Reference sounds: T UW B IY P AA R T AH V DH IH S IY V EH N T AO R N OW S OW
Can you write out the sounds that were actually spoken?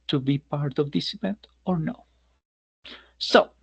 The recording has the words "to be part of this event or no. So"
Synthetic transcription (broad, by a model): T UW B IY P AA R T AH V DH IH S IY V EH N T AO R N OW S OW